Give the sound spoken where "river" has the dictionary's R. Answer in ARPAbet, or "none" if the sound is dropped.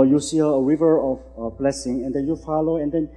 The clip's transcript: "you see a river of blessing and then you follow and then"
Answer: W